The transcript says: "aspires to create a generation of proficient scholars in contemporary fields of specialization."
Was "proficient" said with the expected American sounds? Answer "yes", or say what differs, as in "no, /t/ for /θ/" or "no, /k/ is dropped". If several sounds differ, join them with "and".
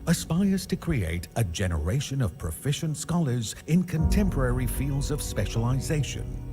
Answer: yes